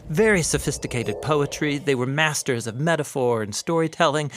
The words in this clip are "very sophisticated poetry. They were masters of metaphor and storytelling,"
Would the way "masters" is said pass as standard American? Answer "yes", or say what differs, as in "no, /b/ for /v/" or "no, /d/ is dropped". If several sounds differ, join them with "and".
yes